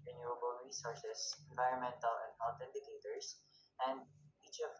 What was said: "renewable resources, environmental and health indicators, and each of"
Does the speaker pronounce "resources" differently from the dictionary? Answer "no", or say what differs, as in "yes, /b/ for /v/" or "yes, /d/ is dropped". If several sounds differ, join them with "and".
yes, /s/ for /z/